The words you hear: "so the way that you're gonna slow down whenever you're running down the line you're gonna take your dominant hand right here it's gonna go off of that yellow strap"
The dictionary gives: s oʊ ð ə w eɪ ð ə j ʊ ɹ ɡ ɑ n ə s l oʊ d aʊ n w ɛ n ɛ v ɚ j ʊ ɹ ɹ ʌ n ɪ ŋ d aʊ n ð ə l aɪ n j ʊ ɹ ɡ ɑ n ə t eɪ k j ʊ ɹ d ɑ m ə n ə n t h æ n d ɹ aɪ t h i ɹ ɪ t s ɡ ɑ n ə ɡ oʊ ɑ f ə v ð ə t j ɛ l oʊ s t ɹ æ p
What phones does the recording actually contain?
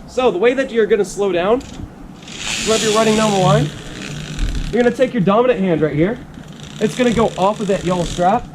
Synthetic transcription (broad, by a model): s oʊ ð ə w eɪ ð ə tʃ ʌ ɹ ɡ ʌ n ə s l oʊ d aʊ n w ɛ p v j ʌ ɹ ɹ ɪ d ɪ ŋ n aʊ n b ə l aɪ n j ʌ ɹ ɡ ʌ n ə t eɪ k j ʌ ɹ d ɑ m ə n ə t h æ n d ɹ aɪ t h i ɹ ɪ t s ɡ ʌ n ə ɡ oʊ ɑ f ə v ð ə t j ɛ l oʊ s t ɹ æ p